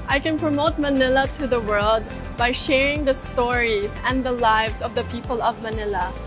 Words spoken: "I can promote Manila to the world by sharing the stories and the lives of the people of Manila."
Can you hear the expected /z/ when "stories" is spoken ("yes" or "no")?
no